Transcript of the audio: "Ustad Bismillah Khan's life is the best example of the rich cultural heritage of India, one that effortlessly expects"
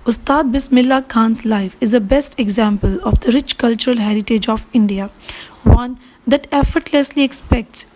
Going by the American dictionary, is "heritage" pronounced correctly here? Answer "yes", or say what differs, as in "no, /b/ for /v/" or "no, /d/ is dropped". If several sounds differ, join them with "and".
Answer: yes